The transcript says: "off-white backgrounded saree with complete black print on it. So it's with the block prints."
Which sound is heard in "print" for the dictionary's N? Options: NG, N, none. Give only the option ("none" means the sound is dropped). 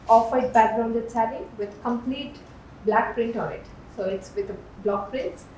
N